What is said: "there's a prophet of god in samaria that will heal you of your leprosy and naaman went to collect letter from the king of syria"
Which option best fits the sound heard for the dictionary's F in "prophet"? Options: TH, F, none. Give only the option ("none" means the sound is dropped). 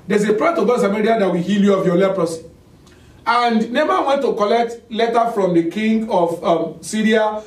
none